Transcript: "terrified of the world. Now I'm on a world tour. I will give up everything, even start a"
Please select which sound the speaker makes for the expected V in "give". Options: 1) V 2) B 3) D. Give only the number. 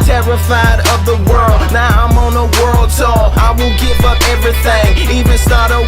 1